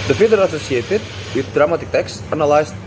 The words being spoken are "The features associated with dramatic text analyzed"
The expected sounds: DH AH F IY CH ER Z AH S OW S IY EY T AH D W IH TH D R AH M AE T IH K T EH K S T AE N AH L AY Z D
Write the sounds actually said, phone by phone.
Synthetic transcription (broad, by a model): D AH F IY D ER AH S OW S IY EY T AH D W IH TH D R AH M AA T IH K T EH K S T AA N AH L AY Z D